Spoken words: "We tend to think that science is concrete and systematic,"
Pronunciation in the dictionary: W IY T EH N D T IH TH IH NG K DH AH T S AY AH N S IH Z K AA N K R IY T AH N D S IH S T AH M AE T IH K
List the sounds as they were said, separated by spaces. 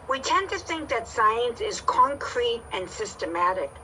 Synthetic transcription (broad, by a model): W IY T EH N T IH TH IH NG K DH AH T S AY AH N S IH Z K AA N K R IY T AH N S IH S T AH M AE T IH K